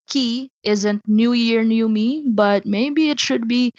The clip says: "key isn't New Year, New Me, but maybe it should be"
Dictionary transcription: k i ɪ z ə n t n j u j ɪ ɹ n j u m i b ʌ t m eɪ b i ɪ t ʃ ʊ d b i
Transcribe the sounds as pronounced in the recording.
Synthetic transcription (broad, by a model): k i ɪ z ə n t n j u j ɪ ɹ n j u m i b ʌ t m eɪ b i ɪ t ʃ ʊ d b i